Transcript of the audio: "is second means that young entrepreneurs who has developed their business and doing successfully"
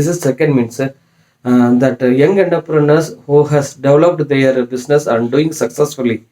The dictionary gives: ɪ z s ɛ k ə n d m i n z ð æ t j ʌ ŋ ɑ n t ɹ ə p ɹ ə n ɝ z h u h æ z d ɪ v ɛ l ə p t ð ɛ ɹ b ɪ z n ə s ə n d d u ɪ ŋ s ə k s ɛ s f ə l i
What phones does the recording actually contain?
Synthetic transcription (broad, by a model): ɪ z s ɛ k ə n d m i n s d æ t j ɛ ŋ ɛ n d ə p ɹ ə n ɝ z h u h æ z d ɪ v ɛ l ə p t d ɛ ɹ b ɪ s n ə s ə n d d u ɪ ŋ s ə k s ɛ s f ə l i